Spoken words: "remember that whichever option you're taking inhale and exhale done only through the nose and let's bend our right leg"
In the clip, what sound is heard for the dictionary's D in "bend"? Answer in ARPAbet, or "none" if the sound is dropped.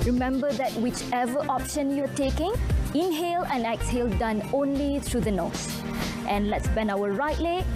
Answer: none